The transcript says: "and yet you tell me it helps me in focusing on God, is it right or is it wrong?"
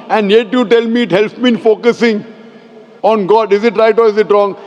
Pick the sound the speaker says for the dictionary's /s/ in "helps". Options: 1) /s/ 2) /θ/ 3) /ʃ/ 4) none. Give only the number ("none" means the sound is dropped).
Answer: 4